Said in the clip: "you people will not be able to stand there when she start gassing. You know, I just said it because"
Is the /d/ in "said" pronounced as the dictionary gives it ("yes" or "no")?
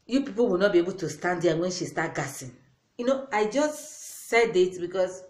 yes